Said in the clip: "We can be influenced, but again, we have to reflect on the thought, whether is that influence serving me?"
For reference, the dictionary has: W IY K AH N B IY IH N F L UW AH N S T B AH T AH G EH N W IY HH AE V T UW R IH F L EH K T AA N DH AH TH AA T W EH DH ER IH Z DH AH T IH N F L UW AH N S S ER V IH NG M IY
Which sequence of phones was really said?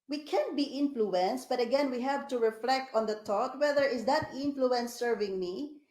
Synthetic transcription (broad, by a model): W IY K AH N B IY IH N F L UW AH N S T B AH T AH G EH N W IY HH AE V T UW R IH F L EH K T AA N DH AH T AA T W EH DH ER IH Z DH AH T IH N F L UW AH N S S ER V IH NG M IY